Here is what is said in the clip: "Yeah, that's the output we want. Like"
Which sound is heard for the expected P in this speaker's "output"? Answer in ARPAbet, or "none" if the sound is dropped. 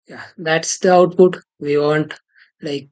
P